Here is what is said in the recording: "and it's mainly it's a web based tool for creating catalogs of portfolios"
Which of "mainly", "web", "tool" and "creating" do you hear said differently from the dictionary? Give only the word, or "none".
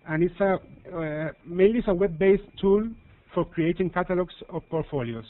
mainly